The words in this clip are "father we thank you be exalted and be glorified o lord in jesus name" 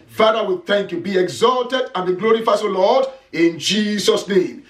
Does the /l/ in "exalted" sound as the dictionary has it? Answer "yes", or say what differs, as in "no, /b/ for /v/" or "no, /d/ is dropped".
yes